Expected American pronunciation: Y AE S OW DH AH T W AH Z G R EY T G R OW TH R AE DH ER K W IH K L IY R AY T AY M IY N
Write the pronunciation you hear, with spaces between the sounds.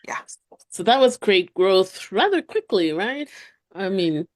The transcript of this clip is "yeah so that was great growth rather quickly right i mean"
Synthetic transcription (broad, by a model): Y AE S OW DH AH T W AH Z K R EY T G R OW TH R AE DH ER K W IH K L IY R AY T AY M IY N